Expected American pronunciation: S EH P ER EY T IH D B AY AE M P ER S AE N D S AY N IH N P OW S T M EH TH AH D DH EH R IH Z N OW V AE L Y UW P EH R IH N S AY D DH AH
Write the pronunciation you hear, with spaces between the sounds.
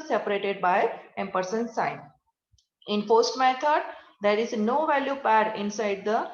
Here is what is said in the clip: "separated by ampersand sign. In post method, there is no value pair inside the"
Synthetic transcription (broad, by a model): S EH P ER EY T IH D B AY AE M P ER S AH N S AY N IH N F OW S T M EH T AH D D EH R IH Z N OW V AE L Y UW P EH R IH N S AY D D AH